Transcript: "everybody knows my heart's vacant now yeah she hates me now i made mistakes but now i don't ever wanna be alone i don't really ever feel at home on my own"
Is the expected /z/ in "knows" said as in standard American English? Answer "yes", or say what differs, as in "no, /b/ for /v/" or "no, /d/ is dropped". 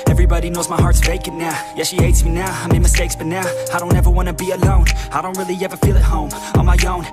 yes